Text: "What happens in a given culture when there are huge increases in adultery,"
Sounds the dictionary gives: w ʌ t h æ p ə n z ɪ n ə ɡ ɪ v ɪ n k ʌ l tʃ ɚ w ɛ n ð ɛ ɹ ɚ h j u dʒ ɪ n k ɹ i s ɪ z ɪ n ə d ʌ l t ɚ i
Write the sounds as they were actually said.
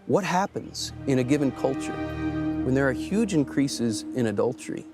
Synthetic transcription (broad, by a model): w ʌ t h æ p ə n z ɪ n ə ɡ ɪ v ɪ n k ʌ l tʃ ɚ w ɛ n ð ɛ ɹ h j u dʒ ɪ n k ɹ i s ɪ z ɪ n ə d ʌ l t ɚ i